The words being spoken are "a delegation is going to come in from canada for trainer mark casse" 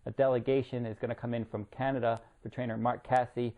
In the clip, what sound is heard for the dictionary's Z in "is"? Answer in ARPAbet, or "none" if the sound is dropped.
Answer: Z